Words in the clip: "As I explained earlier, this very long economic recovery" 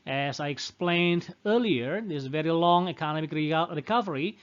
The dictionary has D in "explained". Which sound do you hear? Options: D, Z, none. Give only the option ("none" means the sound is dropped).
D